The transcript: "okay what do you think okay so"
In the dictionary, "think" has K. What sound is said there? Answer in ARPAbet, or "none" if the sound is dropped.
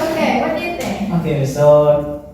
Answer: none